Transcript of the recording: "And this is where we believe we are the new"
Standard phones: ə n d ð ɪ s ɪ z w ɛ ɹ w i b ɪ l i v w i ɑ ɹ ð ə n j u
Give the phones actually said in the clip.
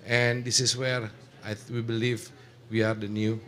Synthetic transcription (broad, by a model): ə n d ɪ s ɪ s w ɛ ɹ w i b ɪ l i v w i ɑ ɹ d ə n j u